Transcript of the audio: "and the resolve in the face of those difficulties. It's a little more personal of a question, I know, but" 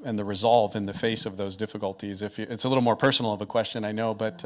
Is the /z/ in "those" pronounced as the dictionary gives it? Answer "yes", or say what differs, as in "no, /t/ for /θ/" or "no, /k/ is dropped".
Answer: yes